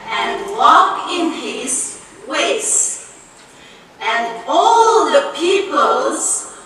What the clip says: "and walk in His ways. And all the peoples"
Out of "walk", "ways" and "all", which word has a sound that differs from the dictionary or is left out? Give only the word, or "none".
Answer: ways